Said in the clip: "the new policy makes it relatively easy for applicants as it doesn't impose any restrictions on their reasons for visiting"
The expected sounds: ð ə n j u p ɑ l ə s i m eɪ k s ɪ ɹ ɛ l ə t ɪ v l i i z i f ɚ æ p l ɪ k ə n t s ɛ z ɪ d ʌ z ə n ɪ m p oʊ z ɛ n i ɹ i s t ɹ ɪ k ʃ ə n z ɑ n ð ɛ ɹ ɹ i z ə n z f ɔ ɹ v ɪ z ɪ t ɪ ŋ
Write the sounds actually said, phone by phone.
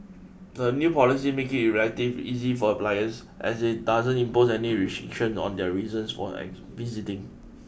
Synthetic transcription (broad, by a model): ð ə n j u p ɑ l ə s i m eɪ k ɪ ɹ ɛ l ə t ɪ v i i z i f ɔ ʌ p l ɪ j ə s t ɛ s ɪ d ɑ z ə n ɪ m p oʊ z ɛ n i ɹ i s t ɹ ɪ k ʃ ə n ɑ n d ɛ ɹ ɹ i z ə n s f ɔ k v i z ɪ t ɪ ŋ